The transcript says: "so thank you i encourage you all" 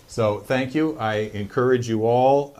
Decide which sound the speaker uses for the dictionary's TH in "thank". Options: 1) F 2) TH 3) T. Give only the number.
2